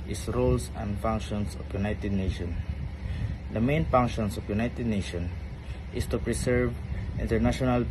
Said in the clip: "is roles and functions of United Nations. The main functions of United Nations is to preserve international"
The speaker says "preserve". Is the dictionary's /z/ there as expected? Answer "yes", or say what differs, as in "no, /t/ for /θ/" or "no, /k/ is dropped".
no, /s/ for /z/